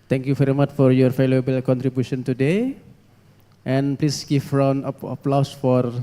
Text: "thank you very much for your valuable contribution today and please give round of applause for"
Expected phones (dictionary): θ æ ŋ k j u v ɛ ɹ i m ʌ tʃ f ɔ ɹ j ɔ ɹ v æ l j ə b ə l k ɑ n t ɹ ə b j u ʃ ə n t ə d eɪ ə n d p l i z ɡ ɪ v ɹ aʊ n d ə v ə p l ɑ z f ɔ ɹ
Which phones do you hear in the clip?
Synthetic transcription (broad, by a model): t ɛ ŋ k j u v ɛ ɹ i m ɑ tʃ f ɔ ɹ j ɔ ɹ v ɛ l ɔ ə b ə l k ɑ n t ɹ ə b j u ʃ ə n t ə d eɪ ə n p l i s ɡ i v ɹ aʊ n ə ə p l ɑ s f ɔ ɹ